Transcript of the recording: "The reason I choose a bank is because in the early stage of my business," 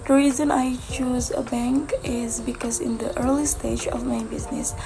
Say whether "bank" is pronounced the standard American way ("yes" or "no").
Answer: yes